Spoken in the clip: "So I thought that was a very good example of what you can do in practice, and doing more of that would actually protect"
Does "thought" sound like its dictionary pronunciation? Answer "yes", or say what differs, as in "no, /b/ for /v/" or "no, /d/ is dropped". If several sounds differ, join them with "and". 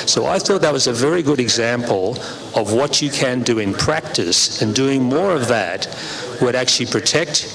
yes